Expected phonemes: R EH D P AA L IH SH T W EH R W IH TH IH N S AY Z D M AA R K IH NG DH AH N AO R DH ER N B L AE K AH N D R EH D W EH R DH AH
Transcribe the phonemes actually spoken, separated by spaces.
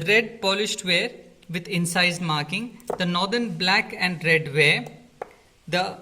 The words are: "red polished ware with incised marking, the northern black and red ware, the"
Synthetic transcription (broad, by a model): R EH D P AA L IH SH T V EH R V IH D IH N S AY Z M AA R K IH NG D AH N AO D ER N B L AE K AH N D R EH D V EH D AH